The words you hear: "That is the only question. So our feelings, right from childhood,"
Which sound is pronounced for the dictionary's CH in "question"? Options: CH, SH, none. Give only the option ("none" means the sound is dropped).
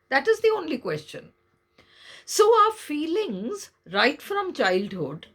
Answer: CH